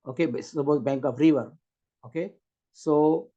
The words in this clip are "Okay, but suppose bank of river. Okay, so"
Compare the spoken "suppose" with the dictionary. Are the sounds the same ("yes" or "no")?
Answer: no